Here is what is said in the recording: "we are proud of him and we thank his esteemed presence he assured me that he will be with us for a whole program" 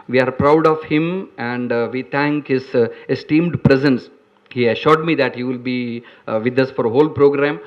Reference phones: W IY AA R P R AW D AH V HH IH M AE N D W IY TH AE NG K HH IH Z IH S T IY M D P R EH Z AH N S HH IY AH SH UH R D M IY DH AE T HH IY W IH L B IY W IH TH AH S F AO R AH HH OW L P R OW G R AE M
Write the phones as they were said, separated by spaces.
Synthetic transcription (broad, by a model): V IY AA R P R AW D AH V HH IH M AE N D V IY T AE NG K HH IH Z IH S T IY M D P R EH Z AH N S HH IY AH SH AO R D M IY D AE T HH IY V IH L B IY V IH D AH S F AO R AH HH OW L P R OW G R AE M